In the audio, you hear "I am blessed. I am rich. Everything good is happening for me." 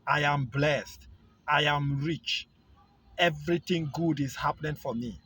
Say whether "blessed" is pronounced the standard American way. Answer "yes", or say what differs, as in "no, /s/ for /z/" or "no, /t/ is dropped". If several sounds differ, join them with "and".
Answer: yes